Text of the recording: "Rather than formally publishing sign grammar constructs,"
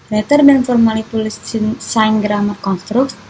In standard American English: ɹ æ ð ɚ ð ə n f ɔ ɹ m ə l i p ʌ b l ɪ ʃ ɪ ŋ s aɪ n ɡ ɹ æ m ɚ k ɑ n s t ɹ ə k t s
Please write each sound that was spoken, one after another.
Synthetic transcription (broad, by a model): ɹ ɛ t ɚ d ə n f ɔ ɹ m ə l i p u l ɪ s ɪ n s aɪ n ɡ ɹ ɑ m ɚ k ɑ n s t ɹ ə k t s